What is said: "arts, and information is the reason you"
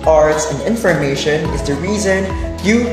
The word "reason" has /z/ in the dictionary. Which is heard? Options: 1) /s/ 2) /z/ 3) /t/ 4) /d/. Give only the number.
2